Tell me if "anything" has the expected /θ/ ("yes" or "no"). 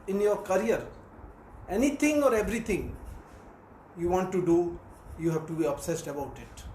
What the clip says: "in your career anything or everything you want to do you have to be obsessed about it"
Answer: no